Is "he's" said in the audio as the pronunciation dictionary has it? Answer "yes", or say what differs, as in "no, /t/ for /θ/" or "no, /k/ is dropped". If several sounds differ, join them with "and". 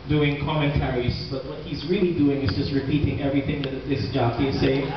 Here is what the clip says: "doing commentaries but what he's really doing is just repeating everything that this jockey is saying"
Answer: yes